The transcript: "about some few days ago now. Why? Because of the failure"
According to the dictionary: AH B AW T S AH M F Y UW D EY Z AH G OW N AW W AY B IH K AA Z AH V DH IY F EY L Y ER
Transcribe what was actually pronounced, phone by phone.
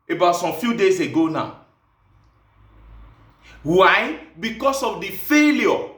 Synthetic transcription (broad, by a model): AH B AW T S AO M F Y UW D EY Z AH G OW N AW W AY B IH K AA S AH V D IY F EY L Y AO